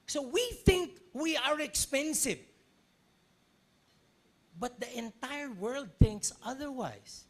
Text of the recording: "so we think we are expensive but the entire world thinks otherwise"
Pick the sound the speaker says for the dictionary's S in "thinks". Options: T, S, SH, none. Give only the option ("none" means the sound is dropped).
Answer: S